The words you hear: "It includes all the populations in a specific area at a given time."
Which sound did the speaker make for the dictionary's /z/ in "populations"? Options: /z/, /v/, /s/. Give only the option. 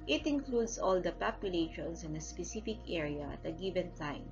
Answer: /s/